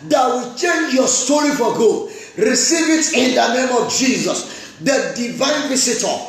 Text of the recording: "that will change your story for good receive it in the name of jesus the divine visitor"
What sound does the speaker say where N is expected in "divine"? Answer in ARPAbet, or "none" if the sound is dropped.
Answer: N